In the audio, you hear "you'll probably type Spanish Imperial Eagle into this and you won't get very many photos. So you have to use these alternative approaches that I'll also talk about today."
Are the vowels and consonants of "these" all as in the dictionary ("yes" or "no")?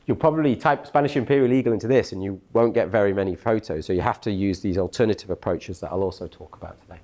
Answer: yes